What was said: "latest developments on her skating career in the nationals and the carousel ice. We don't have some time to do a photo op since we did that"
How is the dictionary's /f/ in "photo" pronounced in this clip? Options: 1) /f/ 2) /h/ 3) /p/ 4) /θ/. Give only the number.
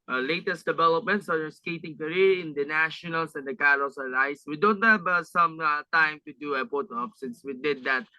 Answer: 3